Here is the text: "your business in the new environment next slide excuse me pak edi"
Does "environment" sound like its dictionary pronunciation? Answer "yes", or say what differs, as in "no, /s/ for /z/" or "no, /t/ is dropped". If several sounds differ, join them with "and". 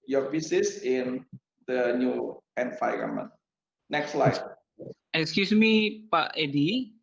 no, /f/ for /v/ and /n/ is dropped